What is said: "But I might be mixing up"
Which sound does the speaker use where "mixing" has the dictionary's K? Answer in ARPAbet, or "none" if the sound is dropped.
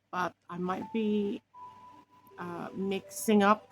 K